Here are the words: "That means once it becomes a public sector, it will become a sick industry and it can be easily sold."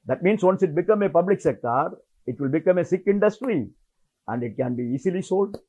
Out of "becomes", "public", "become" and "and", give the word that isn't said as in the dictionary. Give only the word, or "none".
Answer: becomes